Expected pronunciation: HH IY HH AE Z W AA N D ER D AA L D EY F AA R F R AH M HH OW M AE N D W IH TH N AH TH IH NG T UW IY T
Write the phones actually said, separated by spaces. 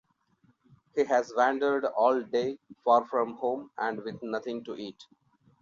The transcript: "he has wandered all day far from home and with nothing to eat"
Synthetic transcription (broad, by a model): HH IY HH AE Z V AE N D ER D AA L D EY F AA R F R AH M HH OW M AE N D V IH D N AH T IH NG T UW IY T